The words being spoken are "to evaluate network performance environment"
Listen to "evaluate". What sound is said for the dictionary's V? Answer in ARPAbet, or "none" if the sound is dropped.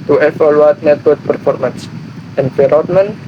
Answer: F